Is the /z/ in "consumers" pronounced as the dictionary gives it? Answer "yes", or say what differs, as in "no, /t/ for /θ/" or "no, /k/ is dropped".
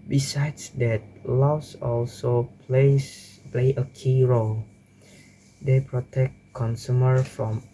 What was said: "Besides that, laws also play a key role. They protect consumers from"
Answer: no, /z/ is dropped